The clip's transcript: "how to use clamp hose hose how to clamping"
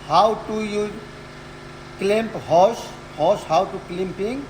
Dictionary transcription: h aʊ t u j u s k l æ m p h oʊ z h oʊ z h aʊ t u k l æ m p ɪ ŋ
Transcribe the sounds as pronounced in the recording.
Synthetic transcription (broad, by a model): h aʊ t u j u k l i m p h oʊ s h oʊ s h aʊ t u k l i m p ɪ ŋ